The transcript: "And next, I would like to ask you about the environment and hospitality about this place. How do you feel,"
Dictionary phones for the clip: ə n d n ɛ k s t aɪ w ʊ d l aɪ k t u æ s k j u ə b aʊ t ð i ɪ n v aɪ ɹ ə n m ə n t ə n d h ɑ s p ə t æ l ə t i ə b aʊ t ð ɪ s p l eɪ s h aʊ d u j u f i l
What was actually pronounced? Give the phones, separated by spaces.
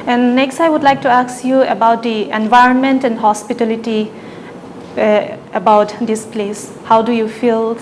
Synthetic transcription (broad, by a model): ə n n ɛ k s t aɪ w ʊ d l aɪ k t u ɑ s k j u ə b aʊ t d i ɪ n v aɪ ɹ ə n m ə n t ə n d h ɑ s p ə t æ l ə t i ə b aʊ t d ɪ s p l eɪ s h aʊ d u j u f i l